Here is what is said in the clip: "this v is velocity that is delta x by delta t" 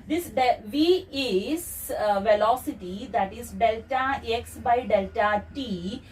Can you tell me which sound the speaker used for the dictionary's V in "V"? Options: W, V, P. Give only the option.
V